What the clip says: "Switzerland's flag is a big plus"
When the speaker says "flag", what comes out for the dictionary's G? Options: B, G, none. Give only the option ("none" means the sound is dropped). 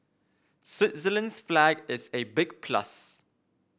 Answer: G